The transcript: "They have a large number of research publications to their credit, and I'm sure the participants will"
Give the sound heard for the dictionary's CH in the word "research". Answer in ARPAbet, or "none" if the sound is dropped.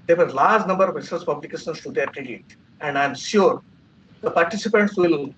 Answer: S